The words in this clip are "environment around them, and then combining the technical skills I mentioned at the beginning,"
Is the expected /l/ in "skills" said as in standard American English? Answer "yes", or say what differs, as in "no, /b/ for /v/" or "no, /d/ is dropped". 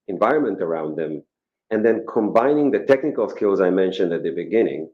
yes